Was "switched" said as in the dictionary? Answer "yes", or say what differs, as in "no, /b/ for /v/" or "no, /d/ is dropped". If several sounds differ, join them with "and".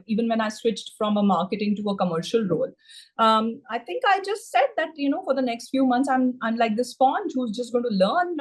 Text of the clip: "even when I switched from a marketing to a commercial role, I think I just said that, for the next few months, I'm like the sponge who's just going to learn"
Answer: yes